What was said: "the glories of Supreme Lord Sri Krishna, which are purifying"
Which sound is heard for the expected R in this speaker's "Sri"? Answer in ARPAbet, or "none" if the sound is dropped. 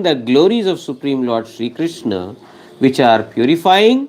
R